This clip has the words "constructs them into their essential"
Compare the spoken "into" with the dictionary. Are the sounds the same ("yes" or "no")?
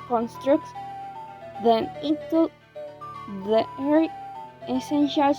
no